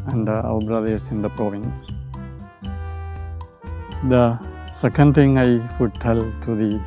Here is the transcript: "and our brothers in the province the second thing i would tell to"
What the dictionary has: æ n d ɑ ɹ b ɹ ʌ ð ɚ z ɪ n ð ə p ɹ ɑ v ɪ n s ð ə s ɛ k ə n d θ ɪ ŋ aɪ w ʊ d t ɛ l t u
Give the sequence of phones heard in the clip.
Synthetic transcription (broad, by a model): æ n d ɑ l b ɹ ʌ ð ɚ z ɪ n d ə p ɹ ɑ v ɪ n s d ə s ɛ k ə n d t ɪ ŋ aɪ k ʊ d t ɛ l t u